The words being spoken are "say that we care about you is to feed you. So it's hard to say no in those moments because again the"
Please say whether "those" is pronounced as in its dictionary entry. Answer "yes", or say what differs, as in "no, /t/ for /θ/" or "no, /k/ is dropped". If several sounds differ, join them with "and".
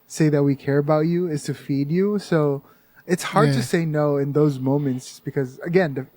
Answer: yes